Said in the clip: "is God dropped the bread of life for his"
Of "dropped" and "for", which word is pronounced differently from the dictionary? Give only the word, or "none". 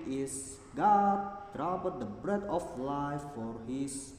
dropped